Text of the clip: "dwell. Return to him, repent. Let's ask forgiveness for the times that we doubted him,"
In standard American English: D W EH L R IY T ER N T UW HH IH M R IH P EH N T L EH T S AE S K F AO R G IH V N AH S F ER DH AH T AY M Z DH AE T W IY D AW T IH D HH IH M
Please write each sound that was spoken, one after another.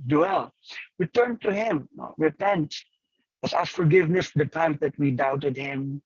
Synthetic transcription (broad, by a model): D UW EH L W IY T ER N T UW HH IH M R IH P EH N T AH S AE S F AO R G IH V N AH S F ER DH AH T AY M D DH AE T W IY D AW T IH D HH IH M